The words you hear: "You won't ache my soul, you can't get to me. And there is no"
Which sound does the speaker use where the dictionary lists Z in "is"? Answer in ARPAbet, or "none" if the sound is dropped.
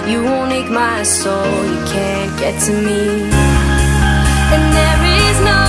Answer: Z